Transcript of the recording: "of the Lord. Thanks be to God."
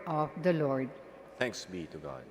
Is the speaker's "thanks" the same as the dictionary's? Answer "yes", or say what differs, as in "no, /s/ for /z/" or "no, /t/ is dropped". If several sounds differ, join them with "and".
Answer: no, /t/ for /θ/